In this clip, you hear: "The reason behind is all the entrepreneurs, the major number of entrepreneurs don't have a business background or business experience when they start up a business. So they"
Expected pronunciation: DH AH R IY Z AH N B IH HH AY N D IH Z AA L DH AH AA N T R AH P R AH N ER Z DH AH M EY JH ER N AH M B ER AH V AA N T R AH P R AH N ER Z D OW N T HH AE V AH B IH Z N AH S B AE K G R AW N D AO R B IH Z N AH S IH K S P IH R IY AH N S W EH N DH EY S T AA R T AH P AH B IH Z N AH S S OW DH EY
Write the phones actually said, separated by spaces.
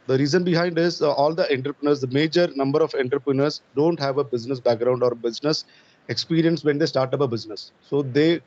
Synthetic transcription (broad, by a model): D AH R IY Z AH N B IH HH AY N D IH Z AA L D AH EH N T R P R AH N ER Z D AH M EY JH ER N AH M B ER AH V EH N T R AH P R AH N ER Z D OW N T HH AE V AH B IH Z N AH S B AE K G R AW N D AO R B IH Z N AH S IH K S P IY R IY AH N S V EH N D EY S T AA R T AH P AH B IH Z N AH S S OW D EY